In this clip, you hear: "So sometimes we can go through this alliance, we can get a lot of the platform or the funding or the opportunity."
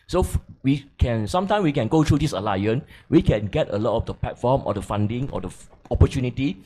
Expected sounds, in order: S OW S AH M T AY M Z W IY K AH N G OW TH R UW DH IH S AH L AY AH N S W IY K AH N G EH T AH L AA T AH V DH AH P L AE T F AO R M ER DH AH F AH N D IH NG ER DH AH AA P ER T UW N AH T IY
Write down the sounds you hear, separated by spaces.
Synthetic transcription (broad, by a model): S OW S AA M T AY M S W IY K AH N G OW T R UW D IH S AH L AY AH N W IY K AH N G EH T AH L AA T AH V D AH P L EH T F AO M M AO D AH F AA N D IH NG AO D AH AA P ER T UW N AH T IY